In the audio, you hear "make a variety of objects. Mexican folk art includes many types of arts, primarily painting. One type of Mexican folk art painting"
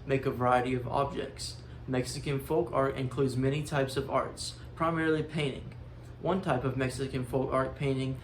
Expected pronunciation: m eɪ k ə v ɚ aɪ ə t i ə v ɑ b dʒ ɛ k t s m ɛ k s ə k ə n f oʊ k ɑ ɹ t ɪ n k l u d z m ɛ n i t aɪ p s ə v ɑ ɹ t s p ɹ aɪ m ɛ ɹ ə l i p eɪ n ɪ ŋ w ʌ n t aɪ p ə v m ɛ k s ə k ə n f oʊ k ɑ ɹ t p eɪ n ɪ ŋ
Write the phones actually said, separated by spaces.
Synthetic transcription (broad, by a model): m eɪ k ə v ɚ aɪ ə t i ə v ɑ b dʒ ɛ k t s m ɛ k s ə k ə n f oʊ k ɑ ɹ t ɪ n k l u d z m ɛ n i t aɪ p s ə v ɑ ɹ t s p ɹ aɪ m ɛ ɹ l i p eɪ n ɪ ŋ w ʌ n t aɪ p ə v m ɛ k s ə k ə n f oʊ k ɑ ɹ t p eɪ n ɪ ŋ